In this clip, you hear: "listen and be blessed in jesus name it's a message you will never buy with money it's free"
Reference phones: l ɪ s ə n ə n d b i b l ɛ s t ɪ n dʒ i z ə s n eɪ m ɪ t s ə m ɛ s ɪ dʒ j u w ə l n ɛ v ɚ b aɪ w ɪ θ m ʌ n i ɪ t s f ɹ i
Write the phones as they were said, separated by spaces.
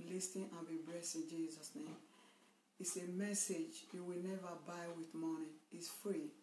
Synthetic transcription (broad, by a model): l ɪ s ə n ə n b i b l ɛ s ɪ n dʒ i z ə s n eɪ m ɪ t s ə m ɛ s ɪ dʒ j u w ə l n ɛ v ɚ b aɪ w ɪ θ m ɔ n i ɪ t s f ɹ i